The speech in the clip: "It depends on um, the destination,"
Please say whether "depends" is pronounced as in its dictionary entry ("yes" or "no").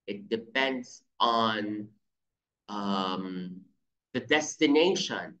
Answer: yes